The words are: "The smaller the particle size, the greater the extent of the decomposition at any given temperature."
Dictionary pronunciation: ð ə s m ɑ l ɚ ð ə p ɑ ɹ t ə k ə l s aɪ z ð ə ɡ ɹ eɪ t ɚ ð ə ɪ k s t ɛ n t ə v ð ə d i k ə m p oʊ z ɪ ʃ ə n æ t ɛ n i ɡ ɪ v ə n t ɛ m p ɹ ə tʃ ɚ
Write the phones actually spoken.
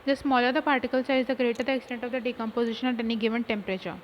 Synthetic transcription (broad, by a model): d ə s m ɑ l ɚ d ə p ɑ ɹ t ə k ə l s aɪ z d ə ɡ ɹ eɪ t ɚ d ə k s t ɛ n t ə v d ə d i k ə m p oʊ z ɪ ʃ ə n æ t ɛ n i ɡ ɪ v ə n t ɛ m p ɹ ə tʃ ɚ